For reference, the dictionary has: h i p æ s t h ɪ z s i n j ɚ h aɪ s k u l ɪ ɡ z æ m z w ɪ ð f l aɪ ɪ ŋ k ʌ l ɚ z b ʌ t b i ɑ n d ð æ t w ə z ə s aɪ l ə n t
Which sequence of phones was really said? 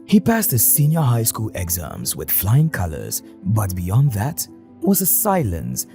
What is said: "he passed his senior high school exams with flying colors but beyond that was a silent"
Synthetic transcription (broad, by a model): h i p æ s t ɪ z s i n j ɚ h aɪ s k u l ɪ ɡ z æ m z w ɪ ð f l aɪ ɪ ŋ k ʌ l ɚ z b ʌ t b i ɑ n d ð æ t w ə z ə s aɪ l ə n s